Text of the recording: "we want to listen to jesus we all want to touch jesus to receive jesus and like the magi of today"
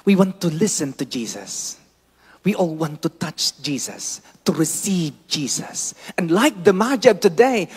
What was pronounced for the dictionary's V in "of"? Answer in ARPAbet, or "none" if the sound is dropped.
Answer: B